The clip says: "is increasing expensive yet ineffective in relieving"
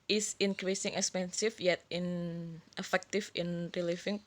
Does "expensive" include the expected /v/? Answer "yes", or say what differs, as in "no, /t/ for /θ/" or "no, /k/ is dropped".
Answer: no, /f/ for /v/